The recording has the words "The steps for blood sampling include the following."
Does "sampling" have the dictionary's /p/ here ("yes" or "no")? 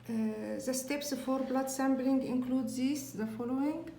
no